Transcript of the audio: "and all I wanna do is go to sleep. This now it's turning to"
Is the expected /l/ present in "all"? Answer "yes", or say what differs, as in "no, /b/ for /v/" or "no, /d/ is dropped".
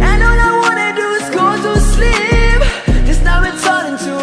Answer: no, /n/ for /l/